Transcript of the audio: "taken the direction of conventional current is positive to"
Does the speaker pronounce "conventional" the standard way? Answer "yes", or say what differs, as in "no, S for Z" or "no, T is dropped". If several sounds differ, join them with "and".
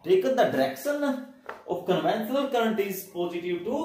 no, S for SH